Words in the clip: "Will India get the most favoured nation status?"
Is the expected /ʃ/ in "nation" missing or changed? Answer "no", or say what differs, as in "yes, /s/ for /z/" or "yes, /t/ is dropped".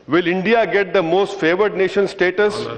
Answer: no